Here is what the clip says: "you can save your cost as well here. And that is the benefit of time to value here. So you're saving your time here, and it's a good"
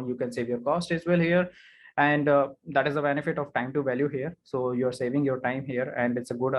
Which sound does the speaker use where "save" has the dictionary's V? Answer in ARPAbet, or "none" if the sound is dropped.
V